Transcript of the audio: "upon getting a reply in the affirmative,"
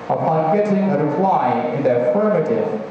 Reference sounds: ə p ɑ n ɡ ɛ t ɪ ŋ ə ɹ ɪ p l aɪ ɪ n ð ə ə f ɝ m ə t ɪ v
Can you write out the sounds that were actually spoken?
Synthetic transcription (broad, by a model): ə p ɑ n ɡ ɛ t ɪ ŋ ə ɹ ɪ f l aɪ ɪ n ð ə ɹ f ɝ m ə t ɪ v